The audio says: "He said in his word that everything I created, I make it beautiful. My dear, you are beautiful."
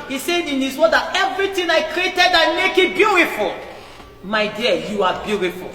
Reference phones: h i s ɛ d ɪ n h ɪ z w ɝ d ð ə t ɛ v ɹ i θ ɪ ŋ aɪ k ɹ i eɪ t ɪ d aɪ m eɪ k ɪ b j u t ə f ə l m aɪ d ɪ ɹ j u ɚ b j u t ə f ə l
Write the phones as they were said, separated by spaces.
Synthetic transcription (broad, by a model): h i s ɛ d ɪ n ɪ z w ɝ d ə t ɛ v ɹ i t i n aɪ k ɹ i eɪ t ɪ d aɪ m eɪ k ɪ b j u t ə f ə l m aɪ d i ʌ j u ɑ b j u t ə f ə l